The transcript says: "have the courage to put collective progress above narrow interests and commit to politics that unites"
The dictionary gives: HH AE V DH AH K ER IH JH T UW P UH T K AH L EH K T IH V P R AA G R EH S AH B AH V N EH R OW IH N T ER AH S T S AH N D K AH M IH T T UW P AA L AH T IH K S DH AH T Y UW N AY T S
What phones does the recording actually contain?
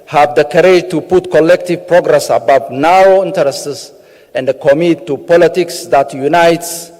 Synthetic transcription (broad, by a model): HH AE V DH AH K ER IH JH T UW P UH T K AH L EH K T IH V P R AA G R EH S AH B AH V N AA OW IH N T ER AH S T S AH N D K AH M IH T T UW P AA L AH T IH K S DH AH T Y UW N AY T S